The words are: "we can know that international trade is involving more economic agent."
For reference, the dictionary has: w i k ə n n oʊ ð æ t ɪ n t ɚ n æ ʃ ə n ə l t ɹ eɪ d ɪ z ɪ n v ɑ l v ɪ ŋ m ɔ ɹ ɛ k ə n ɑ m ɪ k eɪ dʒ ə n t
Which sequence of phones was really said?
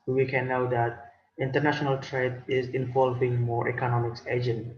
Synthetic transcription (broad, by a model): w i k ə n n oʊ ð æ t ɪ n t ɚ n æ ʃ ə n ə l t ɹ eɪ d ɪ z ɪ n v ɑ l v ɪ ŋ m ɔ ɹ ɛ k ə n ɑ m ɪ k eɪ dʒ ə n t